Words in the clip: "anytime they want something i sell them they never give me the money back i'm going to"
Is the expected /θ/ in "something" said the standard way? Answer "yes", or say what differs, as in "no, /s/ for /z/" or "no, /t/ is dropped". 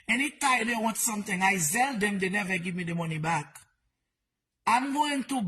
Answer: no, /t/ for /θ/